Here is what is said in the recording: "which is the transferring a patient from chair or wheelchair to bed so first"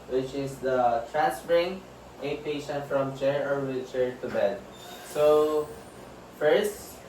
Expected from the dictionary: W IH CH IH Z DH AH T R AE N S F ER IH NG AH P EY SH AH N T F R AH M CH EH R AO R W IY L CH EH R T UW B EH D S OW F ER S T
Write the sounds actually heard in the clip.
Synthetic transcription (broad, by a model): W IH CH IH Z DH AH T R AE N S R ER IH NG AH P EY SH AH N T F R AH M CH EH R AO R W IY CH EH R T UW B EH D S OW F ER S T